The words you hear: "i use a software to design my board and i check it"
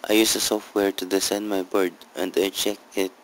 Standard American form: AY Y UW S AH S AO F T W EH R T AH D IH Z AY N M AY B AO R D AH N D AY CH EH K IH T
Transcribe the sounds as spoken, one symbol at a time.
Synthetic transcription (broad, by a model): AY Y UW S AH S AO F T W EH R T AH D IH S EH N M AY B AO R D AH N D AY CH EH K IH T